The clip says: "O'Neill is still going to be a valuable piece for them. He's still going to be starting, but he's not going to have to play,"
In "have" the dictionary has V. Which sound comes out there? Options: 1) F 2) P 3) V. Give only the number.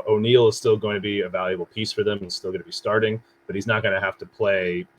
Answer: 1